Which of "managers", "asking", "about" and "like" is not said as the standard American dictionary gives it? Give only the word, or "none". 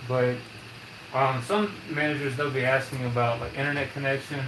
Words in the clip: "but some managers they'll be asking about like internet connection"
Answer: none